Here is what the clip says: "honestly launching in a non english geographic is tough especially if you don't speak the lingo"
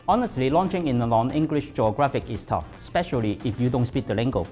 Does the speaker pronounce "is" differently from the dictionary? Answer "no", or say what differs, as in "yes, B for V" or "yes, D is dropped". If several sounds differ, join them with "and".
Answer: yes, S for Z